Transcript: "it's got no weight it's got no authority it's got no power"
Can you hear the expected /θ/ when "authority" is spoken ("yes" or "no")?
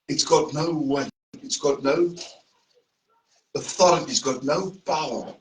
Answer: yes